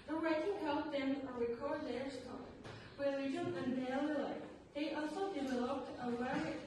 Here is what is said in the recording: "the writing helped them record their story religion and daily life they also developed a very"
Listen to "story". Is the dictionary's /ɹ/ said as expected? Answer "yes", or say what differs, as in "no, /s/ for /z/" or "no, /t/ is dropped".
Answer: no, /w/ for /ɹ/